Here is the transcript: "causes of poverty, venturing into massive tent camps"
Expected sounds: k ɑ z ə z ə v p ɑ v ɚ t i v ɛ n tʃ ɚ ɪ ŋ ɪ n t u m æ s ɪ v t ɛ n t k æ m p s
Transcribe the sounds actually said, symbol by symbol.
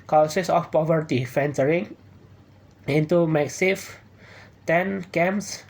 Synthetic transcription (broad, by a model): k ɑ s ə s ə f p ɑ v ɚ t i f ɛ n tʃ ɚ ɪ ŋ ɪ n t u m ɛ s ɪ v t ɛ n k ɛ m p s